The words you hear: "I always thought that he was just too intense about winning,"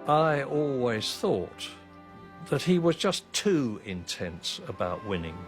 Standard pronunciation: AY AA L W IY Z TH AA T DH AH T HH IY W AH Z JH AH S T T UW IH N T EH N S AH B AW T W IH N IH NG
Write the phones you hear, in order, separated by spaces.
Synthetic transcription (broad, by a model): AY AA L W IY Z TH AA T DH AH T HH IY W AH Z JH AH S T T UW IH N T EH N S AH B AW T W IH N IH NG